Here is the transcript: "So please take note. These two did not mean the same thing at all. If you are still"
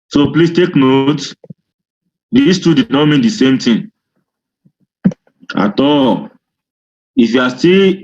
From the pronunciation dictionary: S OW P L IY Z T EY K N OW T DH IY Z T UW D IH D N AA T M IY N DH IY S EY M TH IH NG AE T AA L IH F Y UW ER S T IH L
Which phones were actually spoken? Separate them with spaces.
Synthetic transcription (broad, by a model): S OW P L IY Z T EY K N OW T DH IY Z T UW D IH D N AA T M IY N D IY S EY M T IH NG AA T AA L IH F Y UW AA S T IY L